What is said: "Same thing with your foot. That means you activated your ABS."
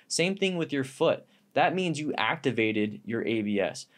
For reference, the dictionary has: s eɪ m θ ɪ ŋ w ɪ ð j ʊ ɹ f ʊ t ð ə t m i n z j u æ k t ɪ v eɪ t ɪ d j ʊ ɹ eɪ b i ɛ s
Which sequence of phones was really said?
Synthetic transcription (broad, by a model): s eɪ m θ ɪ ŋ w ɪ ð j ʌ ɹ f ʊ t ð ə t m i n z j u æ k t ɪ v eɪ t ɪ d j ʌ ɹ eɪ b i ɛ s